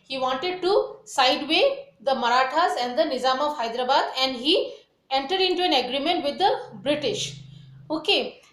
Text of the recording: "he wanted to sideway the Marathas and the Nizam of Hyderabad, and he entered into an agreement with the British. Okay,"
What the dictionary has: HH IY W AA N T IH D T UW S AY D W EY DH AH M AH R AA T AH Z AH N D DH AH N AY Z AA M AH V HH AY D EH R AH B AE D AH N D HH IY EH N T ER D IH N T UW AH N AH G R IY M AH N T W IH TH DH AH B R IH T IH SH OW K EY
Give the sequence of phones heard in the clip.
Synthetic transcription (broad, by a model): HH IY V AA N T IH D T UW S AY D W EY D AH M AH R AA T AH Z AH N D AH N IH Z AA M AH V HH AY D R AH B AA D AH N D HH IY EH N T ER D IH N T UW AH N AH G R IY M AH N T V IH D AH B R IH T IH SH OW K EY